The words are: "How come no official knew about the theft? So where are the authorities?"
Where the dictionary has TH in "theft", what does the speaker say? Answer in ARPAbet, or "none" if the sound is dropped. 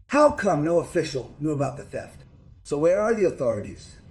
F